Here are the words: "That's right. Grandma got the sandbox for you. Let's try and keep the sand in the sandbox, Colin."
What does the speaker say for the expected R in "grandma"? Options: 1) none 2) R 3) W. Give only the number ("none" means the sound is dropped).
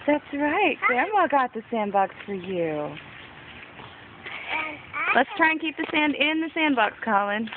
1